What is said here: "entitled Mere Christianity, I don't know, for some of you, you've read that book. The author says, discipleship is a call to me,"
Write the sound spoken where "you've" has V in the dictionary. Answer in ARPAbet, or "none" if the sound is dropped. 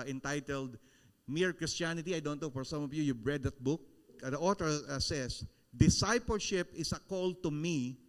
B